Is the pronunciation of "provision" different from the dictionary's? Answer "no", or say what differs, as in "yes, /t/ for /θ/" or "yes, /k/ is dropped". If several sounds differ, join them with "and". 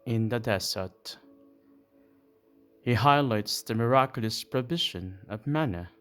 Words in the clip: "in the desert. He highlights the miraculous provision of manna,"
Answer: yes, /b/ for /v/ and /ʃ/ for /ʒ/